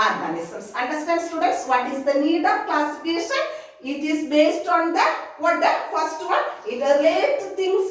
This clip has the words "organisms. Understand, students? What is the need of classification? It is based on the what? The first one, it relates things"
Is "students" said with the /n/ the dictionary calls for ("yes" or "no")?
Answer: yes